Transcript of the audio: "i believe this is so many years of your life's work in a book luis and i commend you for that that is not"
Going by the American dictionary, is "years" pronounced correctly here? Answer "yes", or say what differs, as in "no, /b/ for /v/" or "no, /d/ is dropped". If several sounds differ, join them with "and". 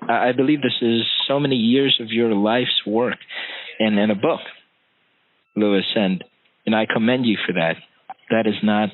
yes